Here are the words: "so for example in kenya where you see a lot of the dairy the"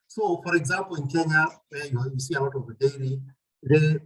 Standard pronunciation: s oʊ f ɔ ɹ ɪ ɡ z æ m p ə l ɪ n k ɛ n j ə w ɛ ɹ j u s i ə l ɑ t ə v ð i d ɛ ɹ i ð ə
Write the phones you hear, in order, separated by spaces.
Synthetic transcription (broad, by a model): s oʊ f ɔ ɹ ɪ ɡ z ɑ m p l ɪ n k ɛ n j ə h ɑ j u s i ə w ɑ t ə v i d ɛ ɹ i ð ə